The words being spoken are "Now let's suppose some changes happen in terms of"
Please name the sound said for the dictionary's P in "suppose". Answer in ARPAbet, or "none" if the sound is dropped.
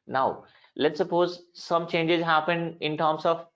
P